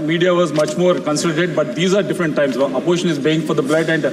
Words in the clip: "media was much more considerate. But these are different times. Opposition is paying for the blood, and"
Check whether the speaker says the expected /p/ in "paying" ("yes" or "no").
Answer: no